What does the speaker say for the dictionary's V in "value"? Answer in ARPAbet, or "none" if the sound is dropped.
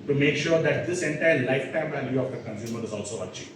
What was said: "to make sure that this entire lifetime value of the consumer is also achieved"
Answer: V